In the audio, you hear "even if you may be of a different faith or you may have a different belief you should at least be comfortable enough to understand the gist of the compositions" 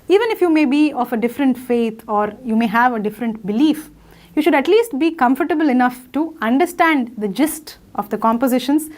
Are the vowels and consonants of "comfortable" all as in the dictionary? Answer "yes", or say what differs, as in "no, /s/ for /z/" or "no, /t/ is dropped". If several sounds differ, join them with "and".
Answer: yes